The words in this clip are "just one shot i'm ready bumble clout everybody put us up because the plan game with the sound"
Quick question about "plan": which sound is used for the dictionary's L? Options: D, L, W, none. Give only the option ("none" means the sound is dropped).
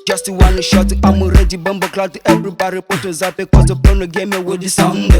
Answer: none